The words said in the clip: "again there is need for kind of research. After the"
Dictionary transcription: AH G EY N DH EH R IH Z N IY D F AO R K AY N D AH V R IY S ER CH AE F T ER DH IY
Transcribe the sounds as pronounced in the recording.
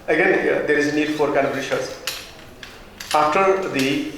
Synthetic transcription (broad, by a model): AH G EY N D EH R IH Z N IY D F AO R K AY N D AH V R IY SH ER S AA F T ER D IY